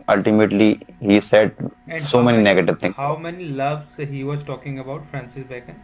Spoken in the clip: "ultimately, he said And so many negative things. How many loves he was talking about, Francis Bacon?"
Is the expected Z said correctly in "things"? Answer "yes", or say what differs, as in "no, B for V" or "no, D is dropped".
no, Z is dropped